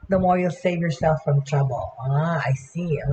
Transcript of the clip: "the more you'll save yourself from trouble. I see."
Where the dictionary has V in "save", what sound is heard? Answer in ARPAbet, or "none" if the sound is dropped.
V